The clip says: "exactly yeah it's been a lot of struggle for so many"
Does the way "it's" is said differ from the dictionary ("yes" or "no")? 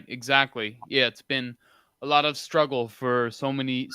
no